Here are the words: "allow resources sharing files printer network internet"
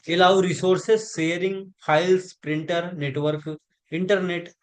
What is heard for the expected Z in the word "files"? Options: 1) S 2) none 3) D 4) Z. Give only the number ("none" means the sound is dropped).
1